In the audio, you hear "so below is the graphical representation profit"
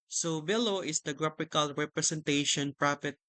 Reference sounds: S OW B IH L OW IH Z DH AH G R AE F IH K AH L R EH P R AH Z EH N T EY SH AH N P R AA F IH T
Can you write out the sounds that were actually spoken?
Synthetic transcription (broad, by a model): S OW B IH L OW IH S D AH G R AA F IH K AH L R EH P R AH S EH N T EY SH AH N P R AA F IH T